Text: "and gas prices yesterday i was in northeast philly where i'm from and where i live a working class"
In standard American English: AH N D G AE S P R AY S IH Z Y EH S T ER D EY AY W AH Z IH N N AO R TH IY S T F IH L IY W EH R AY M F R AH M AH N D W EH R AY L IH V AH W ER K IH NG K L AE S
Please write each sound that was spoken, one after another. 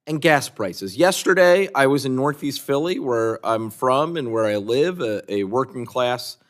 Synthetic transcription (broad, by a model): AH N G AE S P R AY S IH Z Y EH S T ER D EY AY W AH Z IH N N AO R TH IY S T F IH L IY W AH R AY M F R AH M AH N W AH R AY L IH V AH W ER K IH NG K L AE S